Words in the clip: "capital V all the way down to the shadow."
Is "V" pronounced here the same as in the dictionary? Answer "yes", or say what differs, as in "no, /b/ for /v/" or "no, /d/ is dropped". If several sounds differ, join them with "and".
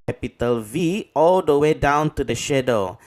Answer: yes